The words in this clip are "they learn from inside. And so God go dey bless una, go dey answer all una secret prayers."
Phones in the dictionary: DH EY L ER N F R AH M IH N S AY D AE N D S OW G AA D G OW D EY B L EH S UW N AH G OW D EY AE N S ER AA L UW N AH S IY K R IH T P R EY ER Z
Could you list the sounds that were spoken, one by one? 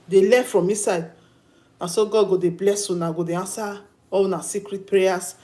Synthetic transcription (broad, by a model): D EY L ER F R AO M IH S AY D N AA S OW G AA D G OW D EY B L EH S UW N AH G OW D EY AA N S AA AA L N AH S IY K R IH T P R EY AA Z